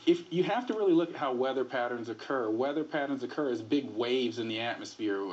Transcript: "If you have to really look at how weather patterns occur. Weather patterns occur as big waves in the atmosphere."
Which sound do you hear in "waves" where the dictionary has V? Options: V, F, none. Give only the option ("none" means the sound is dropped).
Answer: V